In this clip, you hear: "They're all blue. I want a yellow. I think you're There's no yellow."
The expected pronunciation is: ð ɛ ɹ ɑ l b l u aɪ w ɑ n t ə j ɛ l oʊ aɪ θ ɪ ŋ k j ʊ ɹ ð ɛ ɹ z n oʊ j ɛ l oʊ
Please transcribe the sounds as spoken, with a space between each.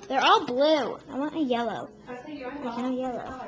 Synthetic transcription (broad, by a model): ð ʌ ɹ ɑ l b l u aɪ w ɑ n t ə j ɛ l oʊ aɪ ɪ k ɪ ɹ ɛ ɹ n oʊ j ɛ l oʊ